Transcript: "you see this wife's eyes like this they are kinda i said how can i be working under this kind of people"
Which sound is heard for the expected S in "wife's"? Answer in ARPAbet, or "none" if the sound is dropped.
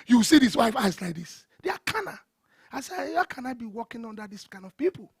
none